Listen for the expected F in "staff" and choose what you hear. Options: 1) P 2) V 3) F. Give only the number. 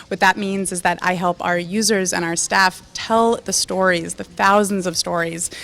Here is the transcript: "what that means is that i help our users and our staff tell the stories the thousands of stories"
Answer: 3